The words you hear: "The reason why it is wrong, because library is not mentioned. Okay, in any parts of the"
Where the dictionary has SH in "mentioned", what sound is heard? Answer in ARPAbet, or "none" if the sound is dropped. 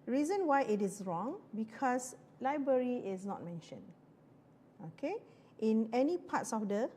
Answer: SH